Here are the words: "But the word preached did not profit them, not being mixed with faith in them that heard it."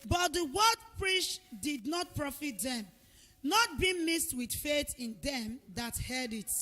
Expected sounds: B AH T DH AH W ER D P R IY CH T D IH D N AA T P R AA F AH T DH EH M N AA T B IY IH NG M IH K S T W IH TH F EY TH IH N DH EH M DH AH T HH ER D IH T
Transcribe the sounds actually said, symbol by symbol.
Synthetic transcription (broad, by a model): B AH T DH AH W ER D P R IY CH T D IH D N AA T P R AA F AH T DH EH M N AA T B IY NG M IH S T W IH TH F EY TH IH N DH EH M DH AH T HH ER D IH T